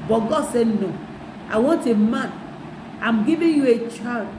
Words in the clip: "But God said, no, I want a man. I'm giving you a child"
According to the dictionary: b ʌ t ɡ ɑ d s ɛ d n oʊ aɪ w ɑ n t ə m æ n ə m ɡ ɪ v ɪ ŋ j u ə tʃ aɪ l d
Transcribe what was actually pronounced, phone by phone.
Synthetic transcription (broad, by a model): b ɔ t ɡ ɑ d s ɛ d n oʊ aɪ w ɑ n t ə m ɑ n ə m ɡ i v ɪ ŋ j u ə tʃ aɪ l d